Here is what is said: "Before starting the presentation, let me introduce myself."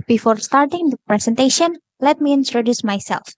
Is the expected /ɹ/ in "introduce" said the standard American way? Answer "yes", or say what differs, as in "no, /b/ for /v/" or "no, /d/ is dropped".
yes